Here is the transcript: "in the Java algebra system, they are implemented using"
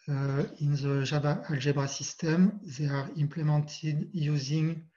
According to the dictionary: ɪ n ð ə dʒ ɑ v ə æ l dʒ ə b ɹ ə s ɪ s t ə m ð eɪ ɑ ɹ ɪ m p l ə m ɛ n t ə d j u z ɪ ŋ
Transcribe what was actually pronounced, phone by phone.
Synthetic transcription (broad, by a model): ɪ n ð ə ʒ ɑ b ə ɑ l ʒ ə b ɹ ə s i s t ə m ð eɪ ɑ ɹ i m p l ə m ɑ n t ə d j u z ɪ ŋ